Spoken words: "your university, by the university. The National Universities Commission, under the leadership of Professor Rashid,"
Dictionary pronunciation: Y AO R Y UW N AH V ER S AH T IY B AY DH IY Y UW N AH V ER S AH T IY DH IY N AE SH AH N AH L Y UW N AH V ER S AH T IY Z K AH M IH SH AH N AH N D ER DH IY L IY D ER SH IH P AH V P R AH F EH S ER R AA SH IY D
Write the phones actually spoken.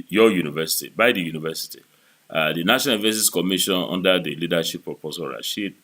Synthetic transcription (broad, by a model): Y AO Y UW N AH V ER S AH T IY B AY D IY Y UW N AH V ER S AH T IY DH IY N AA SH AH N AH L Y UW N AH V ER S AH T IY S K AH M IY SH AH N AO N D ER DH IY L IY D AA SH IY P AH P AH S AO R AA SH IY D